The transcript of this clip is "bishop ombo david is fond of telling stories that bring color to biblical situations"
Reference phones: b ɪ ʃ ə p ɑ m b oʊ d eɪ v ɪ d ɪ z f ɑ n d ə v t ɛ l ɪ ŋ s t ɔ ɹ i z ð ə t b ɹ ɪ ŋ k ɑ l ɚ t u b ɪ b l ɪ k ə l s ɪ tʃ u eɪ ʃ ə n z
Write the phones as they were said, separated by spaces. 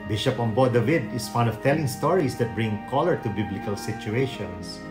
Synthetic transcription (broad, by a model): b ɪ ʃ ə p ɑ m b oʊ d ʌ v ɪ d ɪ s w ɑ n ə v t ɛ l ɪ ŋ s t ɔ ɹ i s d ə t b ɹ ɪ ŋ k ɑ l ɚ t u b ɪ b l ɪ k ə l s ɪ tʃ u eɪ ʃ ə n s